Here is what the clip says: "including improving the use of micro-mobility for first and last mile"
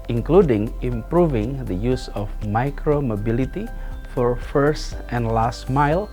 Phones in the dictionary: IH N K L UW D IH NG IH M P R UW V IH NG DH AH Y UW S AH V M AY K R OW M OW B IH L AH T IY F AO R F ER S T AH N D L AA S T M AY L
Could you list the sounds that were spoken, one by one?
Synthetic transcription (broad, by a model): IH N K L UW D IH NG IH M P R UW V IH NG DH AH Y UW S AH F M AY K R OW M OW B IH L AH T IY F AO R F ER S T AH N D L AA S T M AY L